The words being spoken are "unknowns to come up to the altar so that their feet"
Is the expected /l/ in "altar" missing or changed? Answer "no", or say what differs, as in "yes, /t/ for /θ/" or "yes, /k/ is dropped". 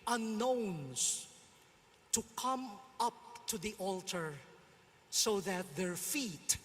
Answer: no